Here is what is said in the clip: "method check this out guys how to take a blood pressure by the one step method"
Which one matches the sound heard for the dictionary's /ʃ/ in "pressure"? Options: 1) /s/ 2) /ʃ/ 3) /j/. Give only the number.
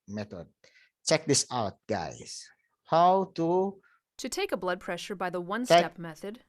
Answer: 2